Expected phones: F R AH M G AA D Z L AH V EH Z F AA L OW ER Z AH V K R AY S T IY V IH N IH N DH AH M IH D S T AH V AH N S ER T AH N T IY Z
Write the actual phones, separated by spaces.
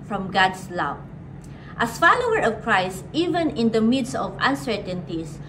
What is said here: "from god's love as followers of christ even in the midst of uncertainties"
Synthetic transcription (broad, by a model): F R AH M G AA D S L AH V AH S F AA L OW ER AH V K R AY S T IY V IH N IH N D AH M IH D S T AH V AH N S ER T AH N T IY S